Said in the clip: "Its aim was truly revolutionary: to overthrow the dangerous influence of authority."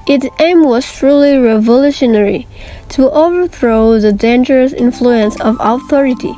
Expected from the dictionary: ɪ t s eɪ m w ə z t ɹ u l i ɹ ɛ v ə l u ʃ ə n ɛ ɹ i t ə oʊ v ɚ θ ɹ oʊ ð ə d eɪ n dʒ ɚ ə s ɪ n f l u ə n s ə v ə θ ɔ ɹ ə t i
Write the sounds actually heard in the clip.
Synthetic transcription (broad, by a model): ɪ t s eɪ m w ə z t ɹ u l i ɹ ɛ v ə l u ʃ ə n ɛ ɹ i t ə oʊ v ɚ θ ɹ oʊ ð ə d eɪ n dʒ ɚ ə s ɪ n f l u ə n s ə v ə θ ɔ ɹ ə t i